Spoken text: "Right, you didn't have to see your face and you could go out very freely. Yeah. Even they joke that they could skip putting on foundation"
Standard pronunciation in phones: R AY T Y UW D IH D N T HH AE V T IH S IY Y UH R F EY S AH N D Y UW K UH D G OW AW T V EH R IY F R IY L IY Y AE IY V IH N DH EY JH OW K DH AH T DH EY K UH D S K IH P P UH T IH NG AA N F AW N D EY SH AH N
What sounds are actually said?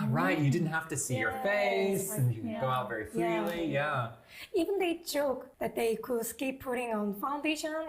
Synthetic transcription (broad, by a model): R AY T Y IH D IH D N T HH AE F T IH S IY Y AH R F EY S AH N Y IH G OW AW T V EH R IY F L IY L IY Y AE IY V IH N DH EY JH OW K DH AH T DH EY K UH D S K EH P P UH T IH NG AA N F AW N D EY SH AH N